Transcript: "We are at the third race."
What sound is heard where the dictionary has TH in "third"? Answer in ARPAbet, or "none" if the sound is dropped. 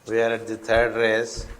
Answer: T